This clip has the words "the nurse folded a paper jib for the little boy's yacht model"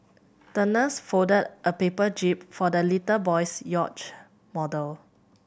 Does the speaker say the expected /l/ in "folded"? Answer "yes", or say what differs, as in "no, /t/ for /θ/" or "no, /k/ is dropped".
no, /l/ is dropped